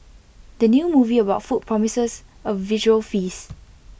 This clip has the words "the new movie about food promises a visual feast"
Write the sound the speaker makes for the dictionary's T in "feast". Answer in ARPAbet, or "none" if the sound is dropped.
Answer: none